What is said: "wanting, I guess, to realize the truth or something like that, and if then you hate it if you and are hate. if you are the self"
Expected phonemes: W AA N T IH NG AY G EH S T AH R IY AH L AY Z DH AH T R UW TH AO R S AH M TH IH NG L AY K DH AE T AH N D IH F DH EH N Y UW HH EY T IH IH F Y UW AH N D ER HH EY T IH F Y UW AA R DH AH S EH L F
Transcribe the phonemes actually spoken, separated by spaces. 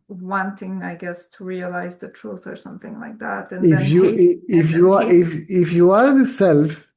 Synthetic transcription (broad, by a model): W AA N T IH NG AY G EH S T AH R IY AH L AY Z DH AH T R UW TH AO R S AH M TH IH NG L AY K DH AE T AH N IH F Y UW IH IH F Y UW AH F IH F Y UW AA R DH AH S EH L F